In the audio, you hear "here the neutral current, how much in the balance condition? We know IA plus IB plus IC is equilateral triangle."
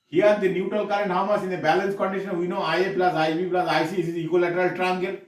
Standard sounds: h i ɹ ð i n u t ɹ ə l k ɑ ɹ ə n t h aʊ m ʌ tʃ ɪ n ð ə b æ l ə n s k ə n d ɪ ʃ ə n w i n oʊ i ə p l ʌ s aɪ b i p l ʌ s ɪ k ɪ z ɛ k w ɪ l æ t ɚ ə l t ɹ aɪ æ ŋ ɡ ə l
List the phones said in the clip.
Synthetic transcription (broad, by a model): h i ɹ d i n u t ɹ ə l k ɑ ɹ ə n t h aʊ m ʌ s ɪ n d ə b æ l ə n s k ə n d ɪ ʃ ə n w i n oʊ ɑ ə p l ʌ s aɪ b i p l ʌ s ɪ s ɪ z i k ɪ l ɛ t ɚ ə l t ɹ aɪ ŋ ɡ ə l